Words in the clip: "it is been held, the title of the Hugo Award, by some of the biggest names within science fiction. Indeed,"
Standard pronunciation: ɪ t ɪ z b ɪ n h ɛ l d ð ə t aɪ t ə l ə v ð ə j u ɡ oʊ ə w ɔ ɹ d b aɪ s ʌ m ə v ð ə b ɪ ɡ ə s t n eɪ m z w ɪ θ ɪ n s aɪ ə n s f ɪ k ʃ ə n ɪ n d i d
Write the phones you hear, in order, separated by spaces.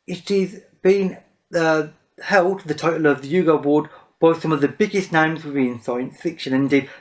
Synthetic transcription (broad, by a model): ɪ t ɪ z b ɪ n h ɛ l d ð ə t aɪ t l ə v ð ə j u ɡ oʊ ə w ɔ d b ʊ s ʌ m ə v ð ə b ɪ ɡ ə s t n eɪ m z w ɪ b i n s aɪ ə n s f ɪ k ʃ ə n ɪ n d i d